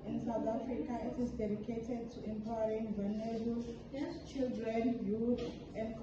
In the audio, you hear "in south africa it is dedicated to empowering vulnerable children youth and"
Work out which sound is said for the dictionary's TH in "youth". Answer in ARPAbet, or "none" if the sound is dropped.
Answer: T